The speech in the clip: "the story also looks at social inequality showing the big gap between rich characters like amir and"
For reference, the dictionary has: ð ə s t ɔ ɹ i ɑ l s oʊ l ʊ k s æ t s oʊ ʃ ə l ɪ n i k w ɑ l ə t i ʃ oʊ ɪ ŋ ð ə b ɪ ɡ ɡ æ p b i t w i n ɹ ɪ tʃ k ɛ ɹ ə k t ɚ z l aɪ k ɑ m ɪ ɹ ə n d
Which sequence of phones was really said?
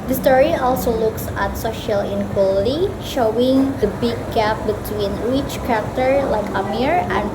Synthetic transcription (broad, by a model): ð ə s t ɔ ɹ i ɑ l s oʊ l ʊ k s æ t s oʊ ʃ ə l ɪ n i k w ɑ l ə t i ʃ oʊ ɪ ŋ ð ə b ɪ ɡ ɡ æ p b i t w i n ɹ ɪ tʃ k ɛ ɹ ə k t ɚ l aɪ k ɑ m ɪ ɹ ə n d